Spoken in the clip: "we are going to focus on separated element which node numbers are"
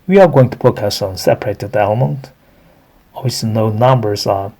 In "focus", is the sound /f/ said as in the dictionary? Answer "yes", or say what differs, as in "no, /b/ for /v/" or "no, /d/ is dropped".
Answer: no, /p/ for /f/